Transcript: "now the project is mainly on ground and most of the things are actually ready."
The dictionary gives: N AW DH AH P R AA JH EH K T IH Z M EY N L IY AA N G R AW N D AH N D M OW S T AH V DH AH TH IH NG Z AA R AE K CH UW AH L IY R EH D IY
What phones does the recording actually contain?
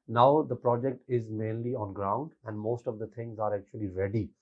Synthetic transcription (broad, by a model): N AW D AH P R AA JH EH K T IH Z M EY N L IY AA N G R AW N D AH N D M OW S T AH V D AH T IH NG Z AA R AE K CH UW AH L IY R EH D IY